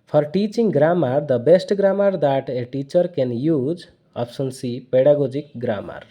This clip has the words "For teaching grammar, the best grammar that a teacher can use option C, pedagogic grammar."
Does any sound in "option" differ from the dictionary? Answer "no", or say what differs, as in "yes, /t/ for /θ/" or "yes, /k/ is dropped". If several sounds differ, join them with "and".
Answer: yes, /s/ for /ʃ/